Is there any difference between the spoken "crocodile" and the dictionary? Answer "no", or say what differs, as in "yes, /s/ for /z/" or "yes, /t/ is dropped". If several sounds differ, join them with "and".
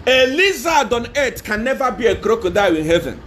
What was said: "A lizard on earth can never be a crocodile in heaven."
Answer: yes, /w/ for /l/